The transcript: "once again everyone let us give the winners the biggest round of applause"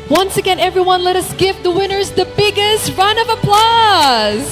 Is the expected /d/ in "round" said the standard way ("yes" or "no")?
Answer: no